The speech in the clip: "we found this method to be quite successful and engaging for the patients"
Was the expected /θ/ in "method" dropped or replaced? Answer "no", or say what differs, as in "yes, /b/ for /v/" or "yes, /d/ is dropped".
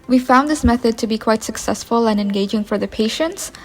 no